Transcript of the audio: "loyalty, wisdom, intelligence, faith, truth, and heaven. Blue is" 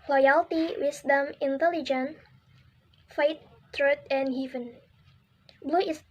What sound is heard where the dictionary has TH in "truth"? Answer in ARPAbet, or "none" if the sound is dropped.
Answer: T